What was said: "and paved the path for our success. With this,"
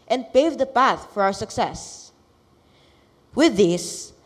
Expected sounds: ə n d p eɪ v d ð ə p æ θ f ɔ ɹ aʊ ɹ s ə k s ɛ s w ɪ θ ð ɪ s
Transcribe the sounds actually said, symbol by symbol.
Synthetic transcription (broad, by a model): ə n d p eɪ v d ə p æ θ f ɔ ɹ aʊ ɹ s ə k s ɛ s w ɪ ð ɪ s